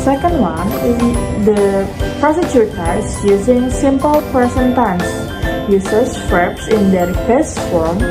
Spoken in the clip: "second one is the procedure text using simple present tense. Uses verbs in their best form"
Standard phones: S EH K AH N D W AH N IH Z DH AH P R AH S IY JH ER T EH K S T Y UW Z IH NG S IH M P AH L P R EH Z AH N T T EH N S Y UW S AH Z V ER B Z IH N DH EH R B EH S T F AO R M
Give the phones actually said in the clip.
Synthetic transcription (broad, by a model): S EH K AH N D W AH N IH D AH P R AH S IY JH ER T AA S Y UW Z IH NG S IH M P AH L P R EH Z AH N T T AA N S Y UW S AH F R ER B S IH N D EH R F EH S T F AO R M